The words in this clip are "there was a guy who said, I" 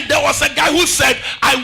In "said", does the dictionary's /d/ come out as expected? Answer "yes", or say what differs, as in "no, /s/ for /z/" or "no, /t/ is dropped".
yes